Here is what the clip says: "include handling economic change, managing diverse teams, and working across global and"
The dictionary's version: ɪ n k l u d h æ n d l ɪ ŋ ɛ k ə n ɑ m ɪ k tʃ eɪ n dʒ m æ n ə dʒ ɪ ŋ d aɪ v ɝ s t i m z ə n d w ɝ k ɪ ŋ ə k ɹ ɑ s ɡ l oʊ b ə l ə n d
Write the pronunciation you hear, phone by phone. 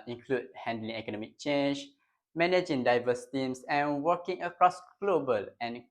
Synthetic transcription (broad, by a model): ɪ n k l u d h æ n d l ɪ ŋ ɛ k ə n ɑ m ɪ k tʃ eɪ n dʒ m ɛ n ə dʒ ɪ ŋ d aɪ v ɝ s t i m s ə n w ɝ k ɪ ŋ ə k ɹ ɑ s ɡ l oʊ b ə l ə n